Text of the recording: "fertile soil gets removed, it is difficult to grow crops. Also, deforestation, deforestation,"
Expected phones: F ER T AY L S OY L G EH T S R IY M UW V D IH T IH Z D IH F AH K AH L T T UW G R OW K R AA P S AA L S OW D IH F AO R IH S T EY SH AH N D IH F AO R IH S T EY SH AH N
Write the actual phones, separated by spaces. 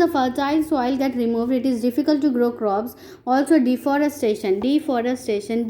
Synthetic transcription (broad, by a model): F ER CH AY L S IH L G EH T R IY M UW V D IH T IH Z D IH F AH K AH L T T UW G R OW K R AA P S AA L S OW D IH F AO R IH S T EY SH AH N D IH F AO R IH S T EY SH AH N